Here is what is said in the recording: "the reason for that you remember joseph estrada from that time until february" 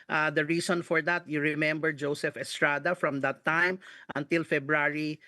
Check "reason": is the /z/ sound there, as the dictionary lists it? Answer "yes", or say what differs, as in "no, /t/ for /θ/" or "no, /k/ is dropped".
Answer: no, /s/ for /z/